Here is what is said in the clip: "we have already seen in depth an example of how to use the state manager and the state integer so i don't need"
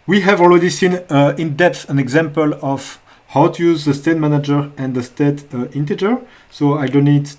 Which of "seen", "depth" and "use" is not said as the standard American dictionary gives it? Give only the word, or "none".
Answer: none